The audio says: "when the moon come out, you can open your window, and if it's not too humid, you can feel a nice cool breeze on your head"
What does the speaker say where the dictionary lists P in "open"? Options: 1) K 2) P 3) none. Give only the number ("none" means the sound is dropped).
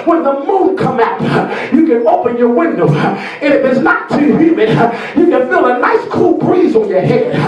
2